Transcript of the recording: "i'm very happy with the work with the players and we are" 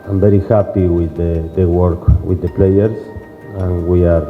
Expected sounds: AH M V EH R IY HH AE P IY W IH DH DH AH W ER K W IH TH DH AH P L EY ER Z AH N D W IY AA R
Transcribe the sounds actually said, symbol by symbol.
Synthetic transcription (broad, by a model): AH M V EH R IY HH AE P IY W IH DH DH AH W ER K W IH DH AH P L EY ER S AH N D W IY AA R